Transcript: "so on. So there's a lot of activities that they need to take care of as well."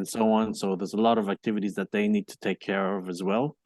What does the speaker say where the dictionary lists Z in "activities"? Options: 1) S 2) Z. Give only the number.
2